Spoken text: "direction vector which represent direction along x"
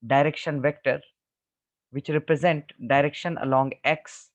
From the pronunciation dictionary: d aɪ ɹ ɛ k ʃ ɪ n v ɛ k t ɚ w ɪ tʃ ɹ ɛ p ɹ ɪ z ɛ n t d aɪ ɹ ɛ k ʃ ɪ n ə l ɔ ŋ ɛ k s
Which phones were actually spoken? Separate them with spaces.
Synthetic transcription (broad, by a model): d aɪ ɹ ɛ k ʃ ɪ n v ɛ k t ɚ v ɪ tʃ ɹ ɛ p ɹ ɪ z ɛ n t d aɪ ɹ ɛ k ʃ ɪ n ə l ɔ ŋ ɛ k s